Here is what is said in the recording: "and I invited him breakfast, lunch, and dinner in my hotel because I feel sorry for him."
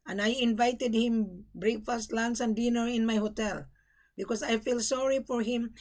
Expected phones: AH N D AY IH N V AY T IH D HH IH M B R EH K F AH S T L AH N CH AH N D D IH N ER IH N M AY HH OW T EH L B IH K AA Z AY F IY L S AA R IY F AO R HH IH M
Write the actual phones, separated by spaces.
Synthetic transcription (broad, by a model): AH N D AY IH N V AY T IH D HH IH M B R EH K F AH S T L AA N S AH N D D IH N ER IH N M AY HH OW T EH L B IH K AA S AY F IY L S AA R IY F AO R HH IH M